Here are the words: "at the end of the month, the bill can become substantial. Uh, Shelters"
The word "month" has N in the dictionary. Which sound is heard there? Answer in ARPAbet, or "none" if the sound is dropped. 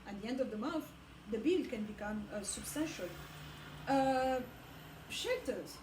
none